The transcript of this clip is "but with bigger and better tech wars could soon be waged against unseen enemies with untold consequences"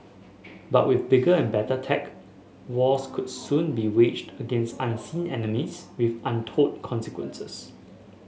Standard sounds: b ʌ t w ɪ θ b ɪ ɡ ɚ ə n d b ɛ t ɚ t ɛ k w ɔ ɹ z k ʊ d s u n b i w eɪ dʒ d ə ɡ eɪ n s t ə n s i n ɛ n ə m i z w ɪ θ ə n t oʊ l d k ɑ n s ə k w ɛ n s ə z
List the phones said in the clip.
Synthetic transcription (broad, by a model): b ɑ t w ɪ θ b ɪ ɡ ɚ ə n b ɛ t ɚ t ɛ k w ɔ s k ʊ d s u n b i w eɪ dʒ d ə ɡ eɪ n s t ə n s i n ɛ n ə m i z w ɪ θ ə n t oʊ d k ɑ n s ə k w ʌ n s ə s